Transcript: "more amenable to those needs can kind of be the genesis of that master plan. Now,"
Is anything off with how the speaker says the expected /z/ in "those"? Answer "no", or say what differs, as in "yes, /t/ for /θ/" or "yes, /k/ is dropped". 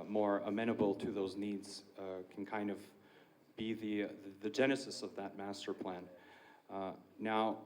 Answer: no